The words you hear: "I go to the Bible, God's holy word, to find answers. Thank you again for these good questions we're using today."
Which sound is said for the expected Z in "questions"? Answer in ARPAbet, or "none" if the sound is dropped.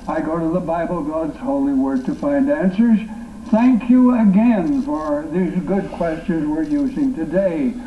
Z